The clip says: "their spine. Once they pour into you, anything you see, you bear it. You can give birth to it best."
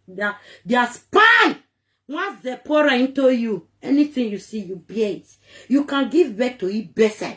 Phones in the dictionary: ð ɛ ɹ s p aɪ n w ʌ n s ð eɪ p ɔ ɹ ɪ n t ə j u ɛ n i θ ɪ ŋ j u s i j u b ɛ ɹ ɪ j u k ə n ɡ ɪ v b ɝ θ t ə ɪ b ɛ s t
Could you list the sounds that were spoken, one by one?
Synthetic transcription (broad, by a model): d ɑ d s p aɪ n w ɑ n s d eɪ p ɔ ɹ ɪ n t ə j u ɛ n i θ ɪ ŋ j u s i j u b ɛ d j u k ə n ɡ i v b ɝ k t ə ɪ b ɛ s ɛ